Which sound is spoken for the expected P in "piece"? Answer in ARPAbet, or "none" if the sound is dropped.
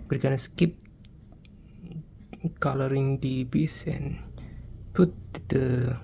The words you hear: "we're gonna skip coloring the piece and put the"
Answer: B